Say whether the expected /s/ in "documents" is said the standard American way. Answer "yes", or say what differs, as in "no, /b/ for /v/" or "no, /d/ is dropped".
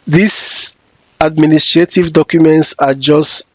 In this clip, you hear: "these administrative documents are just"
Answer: yes